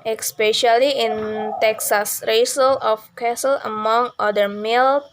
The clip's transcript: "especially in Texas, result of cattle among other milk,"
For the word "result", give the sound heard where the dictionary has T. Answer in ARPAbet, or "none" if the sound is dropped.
none